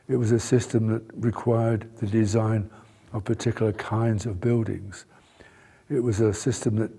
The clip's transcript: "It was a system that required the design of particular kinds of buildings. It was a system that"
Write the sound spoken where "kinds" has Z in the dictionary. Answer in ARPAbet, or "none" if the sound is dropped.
Z